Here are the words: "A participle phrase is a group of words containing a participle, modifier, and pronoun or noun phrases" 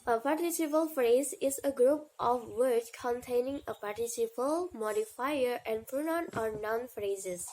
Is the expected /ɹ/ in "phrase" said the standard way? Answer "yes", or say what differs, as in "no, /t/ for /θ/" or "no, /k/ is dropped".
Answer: yes